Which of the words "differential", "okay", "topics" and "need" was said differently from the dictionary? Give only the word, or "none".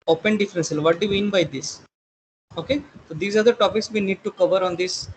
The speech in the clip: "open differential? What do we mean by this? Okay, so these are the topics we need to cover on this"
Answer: differential